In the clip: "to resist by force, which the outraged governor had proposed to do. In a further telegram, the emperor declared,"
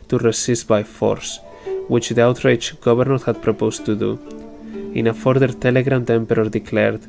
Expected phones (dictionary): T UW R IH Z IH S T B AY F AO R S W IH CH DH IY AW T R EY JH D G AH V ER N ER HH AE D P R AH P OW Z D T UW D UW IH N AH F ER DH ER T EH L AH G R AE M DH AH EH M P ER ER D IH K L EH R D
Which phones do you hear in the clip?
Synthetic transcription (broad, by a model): T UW R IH S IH S T B AY F AO R S W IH CH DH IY AW T R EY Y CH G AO B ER N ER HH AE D P R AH P OW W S T UW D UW IH N AH F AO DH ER T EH L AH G R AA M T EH M P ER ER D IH K L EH R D